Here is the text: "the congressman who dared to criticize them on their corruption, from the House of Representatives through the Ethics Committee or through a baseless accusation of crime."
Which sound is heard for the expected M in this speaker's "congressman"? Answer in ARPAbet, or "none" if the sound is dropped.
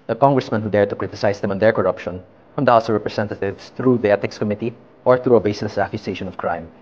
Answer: M